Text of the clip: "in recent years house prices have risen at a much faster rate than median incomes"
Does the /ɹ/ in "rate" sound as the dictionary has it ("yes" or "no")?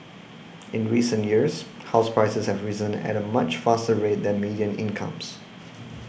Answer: yes